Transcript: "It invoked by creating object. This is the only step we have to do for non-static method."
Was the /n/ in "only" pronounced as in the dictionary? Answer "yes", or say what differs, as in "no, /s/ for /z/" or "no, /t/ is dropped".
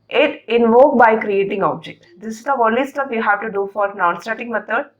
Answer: no, /n/ is dropped